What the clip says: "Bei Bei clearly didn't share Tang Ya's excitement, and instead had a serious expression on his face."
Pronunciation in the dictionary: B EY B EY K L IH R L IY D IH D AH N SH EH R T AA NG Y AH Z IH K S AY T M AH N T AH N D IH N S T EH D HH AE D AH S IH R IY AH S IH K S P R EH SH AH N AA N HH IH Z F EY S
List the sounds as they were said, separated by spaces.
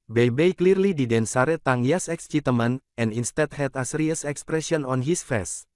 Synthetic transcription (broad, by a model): B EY B EY K L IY R L IY D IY D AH N S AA R T AA NG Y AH S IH K S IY T M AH N AH N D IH N S T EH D HH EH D AH S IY R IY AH S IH K S P R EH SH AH N AA N HH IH S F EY S